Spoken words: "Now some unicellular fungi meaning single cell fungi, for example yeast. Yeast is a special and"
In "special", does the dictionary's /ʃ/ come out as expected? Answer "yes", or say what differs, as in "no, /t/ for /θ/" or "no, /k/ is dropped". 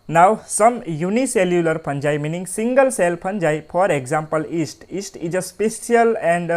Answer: no, /s/ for /ʃ/